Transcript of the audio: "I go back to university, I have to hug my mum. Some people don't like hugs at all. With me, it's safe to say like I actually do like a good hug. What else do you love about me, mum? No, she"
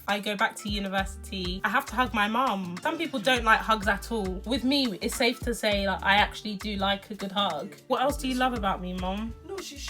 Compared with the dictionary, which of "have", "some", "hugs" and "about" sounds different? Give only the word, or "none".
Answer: have